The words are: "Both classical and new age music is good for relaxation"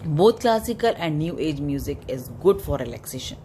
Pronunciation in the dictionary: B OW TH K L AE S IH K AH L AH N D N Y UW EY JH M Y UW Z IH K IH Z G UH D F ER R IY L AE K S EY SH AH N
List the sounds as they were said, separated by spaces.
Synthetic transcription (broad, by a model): B OW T K L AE S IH K AH L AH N D N Y UW EY JH M Y UW Z IH K IH Z G UH D F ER R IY L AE K S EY SH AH N